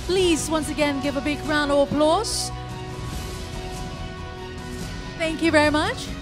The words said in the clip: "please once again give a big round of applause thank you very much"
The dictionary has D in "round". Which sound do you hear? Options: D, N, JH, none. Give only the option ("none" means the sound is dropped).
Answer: none